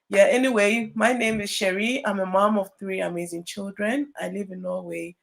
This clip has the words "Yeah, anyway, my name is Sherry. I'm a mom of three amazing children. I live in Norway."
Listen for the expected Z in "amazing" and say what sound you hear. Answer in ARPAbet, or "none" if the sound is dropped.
Z